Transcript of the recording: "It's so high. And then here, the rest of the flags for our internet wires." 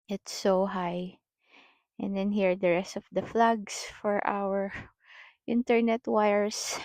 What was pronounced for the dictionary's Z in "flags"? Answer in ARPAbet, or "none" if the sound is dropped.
S